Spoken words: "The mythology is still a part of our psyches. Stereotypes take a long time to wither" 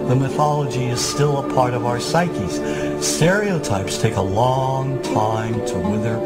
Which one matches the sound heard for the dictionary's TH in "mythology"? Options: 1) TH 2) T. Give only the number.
1